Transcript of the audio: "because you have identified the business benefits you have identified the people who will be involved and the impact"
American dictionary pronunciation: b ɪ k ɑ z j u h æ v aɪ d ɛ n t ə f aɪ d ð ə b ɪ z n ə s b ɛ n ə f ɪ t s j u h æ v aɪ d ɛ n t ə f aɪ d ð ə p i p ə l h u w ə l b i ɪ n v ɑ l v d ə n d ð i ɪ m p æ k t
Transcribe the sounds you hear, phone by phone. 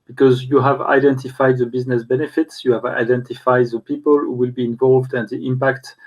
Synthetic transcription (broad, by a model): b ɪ k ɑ z j u h æ v aɪ d ɛ n t ə f aɪ d ð ə b ɪ z n ə s b ɛ n ə f ɪ t s j u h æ v aɪ d ɛ n t ə f aɪ d ð ə p i p ə l h u w ə l b i ɪ n v ɑ l v d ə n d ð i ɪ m p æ k t